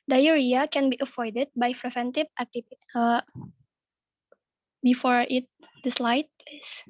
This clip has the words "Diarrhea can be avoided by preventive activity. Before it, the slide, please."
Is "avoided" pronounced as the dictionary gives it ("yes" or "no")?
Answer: no